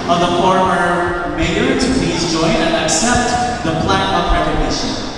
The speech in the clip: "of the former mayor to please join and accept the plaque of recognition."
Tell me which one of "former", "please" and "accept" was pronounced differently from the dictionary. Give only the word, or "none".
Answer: none